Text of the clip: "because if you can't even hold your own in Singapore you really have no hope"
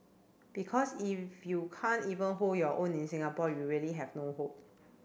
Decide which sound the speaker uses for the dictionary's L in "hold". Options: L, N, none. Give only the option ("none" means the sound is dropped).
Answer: none